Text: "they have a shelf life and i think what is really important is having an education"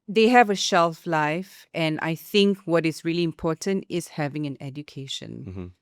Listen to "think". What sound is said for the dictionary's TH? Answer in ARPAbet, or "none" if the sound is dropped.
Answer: TH